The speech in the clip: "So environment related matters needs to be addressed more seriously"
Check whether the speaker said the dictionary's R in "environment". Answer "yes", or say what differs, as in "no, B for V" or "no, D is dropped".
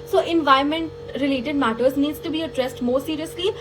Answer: no, R is dropped